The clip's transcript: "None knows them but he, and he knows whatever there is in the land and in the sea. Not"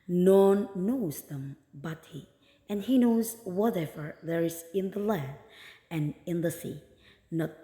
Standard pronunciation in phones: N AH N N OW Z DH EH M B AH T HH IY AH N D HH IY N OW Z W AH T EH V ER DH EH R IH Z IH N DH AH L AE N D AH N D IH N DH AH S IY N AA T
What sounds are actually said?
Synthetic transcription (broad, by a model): N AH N N OW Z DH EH M B AH T HH IY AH N HH IY N OW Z W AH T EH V ER DH EH R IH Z IH N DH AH L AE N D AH N IH N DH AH S IY N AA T